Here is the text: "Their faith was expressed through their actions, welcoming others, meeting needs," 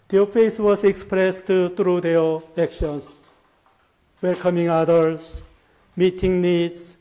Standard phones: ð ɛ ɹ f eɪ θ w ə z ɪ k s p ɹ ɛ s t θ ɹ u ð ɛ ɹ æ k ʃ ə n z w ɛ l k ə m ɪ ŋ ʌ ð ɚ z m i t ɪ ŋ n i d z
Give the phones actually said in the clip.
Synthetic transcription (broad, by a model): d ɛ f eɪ s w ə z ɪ k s p ɹ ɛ s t t ɹ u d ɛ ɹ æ k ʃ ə n s w ɛ l k ə m ɪ ŋ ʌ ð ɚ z m i t ɪ ŋ n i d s